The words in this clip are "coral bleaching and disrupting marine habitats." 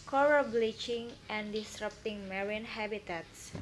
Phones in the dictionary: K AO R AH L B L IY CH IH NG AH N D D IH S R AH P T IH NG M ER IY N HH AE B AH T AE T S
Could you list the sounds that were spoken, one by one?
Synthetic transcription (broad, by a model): K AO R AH B L IY CH IH NG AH N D D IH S R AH P T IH NG M ER IY N HH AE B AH T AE T S